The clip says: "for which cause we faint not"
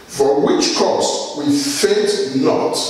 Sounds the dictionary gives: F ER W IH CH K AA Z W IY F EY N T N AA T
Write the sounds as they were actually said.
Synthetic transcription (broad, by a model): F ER W IH CH K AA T W IY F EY T N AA T